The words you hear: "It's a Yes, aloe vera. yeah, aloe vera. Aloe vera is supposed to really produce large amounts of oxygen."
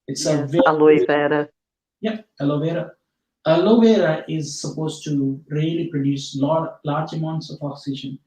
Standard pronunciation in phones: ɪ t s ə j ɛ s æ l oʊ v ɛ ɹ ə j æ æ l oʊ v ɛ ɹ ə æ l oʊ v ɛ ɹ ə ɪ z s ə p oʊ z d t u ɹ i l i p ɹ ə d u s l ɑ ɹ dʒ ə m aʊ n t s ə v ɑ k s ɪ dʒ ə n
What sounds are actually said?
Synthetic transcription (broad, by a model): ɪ t s ə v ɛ ɑ l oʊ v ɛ ɹ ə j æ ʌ l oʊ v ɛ ɹ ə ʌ l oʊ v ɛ ɹ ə ɪ z s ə p oʊ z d t u ɹ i l i p ɹ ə d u s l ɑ l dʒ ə m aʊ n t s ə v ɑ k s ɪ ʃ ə n